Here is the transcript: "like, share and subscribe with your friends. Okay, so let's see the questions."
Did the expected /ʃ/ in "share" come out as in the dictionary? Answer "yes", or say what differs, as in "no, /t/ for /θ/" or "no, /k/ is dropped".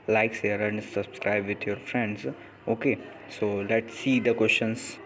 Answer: no, /s/ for /ʃ/